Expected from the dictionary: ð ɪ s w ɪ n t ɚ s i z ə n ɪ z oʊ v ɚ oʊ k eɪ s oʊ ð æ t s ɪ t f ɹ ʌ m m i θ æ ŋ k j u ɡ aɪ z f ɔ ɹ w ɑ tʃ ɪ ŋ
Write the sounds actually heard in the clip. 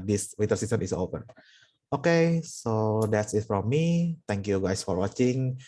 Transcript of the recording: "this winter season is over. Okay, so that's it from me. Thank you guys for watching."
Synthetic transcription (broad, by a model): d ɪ s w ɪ t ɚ s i s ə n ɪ s oʊ p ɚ oʊ k eɪ s oʊ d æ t s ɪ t f ɹ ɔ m m i t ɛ ŋ k j u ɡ aɪ s f ɔ ɹ w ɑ tʃ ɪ ŋ